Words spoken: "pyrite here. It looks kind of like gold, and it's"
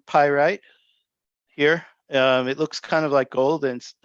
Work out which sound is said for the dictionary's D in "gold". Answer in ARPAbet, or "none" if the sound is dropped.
D